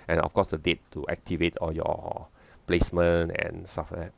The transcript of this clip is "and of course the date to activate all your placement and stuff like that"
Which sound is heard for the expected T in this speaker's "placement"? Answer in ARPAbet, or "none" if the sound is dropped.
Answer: none